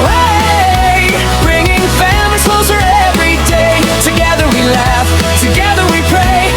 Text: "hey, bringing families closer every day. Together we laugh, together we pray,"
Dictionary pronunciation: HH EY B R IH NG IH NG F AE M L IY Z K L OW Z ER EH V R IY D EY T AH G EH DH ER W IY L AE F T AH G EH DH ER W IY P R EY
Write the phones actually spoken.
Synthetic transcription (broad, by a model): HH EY B R IH NG IH NG F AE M IY K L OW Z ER EH V R IY D EY T AH G EH DH ER W IY L AE F T AH G EH DH ER W IY P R EY